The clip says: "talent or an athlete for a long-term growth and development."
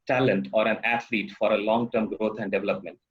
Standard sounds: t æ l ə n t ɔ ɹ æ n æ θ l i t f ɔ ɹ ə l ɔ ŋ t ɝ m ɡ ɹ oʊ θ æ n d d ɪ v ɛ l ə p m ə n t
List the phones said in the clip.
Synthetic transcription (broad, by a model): t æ l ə n t ɔ ɹ æ n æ t l i t f ɔ ɹ ə l ɔ ŋ t ɝ m ɡ ɹ oʊ t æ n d d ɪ v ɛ l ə p m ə n t